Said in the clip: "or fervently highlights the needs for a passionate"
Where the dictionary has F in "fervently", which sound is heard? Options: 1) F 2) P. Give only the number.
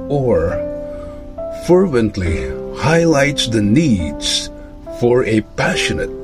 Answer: 1